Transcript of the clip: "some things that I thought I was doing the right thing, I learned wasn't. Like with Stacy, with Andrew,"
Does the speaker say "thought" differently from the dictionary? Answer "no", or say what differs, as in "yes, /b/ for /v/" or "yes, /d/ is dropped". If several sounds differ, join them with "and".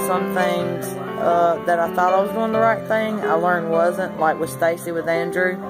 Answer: no